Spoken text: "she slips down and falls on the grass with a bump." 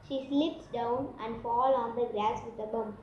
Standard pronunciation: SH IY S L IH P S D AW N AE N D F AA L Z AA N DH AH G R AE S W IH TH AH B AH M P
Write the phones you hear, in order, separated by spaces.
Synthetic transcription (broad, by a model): SH IY S L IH P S D AW N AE N D F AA L AA N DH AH G R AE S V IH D AH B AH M